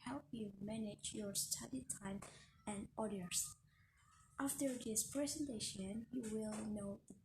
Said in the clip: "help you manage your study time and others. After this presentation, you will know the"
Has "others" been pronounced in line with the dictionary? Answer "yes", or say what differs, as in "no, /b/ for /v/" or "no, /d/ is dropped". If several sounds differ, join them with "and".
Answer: no, /ð/ is dropped